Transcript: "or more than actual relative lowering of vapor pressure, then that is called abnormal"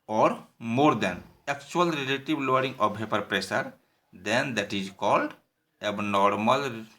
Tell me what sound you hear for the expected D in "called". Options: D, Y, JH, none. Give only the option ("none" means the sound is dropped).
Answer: D